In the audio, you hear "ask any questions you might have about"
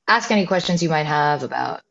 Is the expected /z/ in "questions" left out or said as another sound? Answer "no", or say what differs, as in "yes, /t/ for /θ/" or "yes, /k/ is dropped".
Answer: no